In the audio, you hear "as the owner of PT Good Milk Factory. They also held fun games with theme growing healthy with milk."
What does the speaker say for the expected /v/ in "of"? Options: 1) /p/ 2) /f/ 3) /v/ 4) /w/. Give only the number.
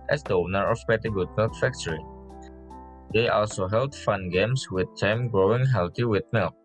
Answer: 1